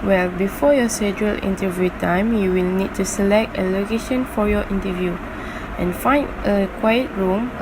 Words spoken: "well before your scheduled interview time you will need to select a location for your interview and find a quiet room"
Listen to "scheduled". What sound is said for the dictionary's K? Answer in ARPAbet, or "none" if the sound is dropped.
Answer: none